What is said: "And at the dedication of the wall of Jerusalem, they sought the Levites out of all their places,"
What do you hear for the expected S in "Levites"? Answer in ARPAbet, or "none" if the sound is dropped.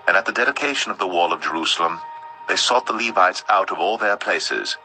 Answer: S